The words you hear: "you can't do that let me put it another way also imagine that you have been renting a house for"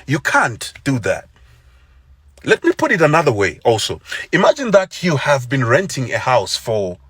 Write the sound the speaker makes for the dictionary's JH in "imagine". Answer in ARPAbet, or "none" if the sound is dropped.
JH